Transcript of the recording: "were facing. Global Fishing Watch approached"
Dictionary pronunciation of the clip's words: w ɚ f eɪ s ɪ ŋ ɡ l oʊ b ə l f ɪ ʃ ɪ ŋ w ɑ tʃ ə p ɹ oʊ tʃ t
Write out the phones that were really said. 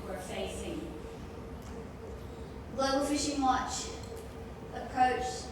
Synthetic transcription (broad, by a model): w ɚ f eɪ s ɪ ŋ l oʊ ə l f ɪ ʃ ɪ ŋ w ɑ tʃ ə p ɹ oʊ tʃ